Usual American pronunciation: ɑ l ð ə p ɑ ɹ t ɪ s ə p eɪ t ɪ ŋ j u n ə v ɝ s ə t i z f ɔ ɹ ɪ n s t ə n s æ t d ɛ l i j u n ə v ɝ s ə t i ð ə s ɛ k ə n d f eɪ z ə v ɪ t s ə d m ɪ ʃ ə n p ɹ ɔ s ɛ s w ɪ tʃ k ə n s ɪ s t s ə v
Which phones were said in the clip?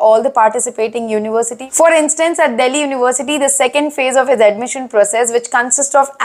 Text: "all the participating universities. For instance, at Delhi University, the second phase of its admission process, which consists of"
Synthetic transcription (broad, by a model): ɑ l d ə p ɑ ɹ t ɪ s ə p eɪ t ɪ ŋ j u n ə v ɝ s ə t i f ɔ ɹ ɪ n s t ə n s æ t d ɛ l i j u n ə v ɝ s ə t i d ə s ɛ k ə n d f eɪ z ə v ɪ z ə d m ɪ ʃ ə n p ɹ ɔ s ɛ s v ɪ tʃ k ə n s ɪ s t s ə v